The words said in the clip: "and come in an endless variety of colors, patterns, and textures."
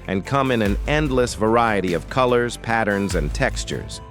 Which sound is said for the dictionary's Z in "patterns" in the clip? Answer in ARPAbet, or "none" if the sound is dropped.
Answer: Z